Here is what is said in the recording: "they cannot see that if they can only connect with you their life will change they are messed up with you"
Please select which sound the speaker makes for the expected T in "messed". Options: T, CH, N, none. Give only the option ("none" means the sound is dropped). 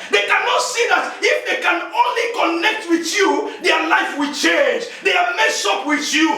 none